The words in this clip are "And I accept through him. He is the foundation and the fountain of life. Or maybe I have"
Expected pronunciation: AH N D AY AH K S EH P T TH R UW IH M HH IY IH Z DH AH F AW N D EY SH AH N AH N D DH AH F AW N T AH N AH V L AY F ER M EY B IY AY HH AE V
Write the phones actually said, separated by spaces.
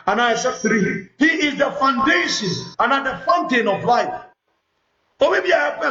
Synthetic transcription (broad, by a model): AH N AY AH S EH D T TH R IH HH IY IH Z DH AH F AW N D EY SH AH N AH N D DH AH F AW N T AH N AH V L AY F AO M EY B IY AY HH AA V